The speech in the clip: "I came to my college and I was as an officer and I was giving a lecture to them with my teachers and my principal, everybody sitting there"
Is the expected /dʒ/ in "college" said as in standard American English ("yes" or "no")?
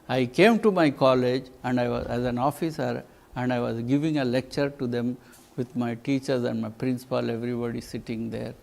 yes